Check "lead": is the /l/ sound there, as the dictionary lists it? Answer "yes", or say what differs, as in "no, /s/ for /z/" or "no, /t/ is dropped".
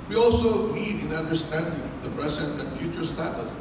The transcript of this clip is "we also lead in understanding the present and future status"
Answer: no, /n/ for /l/